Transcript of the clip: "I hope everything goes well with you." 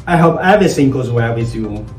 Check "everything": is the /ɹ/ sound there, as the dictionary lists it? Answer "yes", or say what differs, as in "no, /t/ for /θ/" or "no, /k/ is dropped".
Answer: no, /ɹ/ is dropped